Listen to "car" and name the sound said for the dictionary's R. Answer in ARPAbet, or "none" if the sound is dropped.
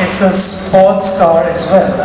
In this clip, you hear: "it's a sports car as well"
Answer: R